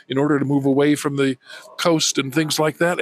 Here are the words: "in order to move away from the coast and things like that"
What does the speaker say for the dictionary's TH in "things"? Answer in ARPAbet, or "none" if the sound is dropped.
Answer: TH